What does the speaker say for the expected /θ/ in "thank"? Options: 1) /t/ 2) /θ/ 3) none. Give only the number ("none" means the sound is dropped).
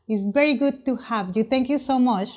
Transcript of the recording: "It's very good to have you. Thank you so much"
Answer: 1